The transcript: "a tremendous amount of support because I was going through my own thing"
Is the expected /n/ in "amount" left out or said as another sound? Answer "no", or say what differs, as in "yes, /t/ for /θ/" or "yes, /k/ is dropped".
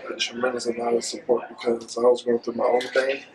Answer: yes, /n/ is dropped